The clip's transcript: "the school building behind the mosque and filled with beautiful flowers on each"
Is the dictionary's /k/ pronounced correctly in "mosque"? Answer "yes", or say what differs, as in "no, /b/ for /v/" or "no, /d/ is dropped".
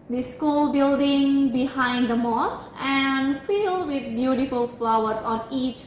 no, /k/ is dropped